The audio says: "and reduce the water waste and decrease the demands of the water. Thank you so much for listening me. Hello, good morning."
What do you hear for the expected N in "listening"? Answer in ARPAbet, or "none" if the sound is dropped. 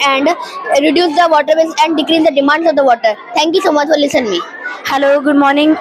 none